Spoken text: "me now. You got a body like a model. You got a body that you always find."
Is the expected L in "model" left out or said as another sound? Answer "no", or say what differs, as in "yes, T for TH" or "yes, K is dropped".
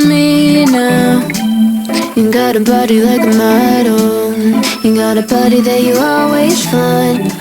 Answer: yes, N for L